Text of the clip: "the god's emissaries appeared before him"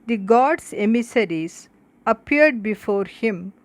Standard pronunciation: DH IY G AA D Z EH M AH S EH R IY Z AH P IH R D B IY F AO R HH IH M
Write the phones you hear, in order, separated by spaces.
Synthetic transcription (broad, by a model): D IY G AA D S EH M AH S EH R IY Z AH P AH R D B IY F AO R HH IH M